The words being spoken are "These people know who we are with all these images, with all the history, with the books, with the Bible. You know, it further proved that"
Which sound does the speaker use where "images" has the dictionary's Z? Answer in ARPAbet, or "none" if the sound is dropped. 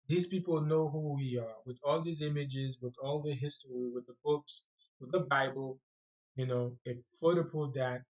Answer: Z